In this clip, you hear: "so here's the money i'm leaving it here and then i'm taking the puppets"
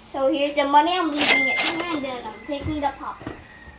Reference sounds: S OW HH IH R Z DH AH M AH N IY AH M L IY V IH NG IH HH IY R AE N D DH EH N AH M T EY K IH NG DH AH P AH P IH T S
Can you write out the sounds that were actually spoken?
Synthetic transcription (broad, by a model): S OW HH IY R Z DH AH M AH N IY AH M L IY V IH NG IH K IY L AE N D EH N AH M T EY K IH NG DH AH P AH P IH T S